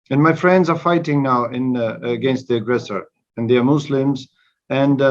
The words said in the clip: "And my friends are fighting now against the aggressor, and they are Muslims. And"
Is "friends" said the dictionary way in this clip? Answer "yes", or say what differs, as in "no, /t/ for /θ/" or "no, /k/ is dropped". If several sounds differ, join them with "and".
yes